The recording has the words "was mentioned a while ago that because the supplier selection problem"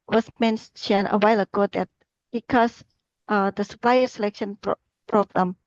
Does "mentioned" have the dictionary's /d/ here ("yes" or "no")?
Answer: no